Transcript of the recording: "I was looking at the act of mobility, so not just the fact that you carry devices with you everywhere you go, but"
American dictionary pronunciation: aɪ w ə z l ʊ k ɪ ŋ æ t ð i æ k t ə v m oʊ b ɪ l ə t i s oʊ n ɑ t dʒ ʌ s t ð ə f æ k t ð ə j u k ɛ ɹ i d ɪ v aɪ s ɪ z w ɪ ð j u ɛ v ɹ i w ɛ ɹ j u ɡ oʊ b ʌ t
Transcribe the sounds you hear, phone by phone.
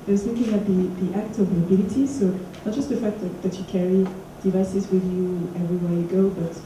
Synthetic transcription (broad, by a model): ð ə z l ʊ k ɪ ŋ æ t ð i æ k t ə v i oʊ b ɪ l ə t i s oʊ n ɑ t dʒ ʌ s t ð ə f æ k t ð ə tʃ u k ɛ ɹ i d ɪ v aɪ s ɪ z w ɪ ð j u ɛ v ɹ i w ɛ ɹ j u ɡ oʊ b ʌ t